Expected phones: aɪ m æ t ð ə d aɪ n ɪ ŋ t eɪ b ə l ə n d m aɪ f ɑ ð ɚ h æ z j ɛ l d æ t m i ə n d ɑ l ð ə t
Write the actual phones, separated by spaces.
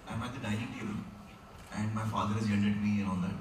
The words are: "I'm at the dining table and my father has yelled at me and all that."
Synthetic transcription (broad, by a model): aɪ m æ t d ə d aɪ ɪ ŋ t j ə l ə n d m aɪ f ɑ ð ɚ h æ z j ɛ n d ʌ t m i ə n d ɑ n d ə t